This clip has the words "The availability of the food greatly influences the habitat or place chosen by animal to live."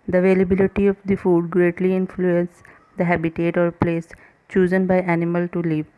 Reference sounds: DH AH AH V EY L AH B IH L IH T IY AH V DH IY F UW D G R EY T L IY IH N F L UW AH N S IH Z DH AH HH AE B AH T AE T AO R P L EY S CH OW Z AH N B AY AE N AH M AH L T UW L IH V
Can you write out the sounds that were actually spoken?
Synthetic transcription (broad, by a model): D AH AH V EY L AH B IH L IH T IY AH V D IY F UW D G R EY T L IY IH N F L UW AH N S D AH HH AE B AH T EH T AO R P L EY S CH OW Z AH N B AY AE N AH M AH L T UW L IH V